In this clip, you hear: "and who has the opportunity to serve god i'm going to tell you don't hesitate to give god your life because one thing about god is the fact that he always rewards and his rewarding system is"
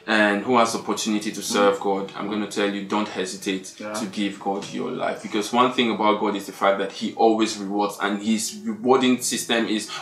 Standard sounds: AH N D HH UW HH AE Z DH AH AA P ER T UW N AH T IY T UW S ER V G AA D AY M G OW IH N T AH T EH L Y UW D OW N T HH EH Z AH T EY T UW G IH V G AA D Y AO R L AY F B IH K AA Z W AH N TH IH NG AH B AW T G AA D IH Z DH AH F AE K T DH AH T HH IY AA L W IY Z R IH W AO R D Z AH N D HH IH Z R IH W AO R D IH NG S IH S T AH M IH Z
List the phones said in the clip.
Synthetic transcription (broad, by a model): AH N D HH UW HH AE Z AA P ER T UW N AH T IY T UW S ER V G AA D AY M G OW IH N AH T EH L Y UW D OW N T HH EH Z AH T EY T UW G IH V G AA D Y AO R L AY F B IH K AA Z W AH N TH IH NG AH B AW T G AA D IH Z DH AH F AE K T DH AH T HH IY AA L W IY Z R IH W AO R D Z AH N HH IH Z R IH W AO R D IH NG S IH S T AH M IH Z